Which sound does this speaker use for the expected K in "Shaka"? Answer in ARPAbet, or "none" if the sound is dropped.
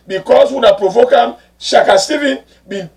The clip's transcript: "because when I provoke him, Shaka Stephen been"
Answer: K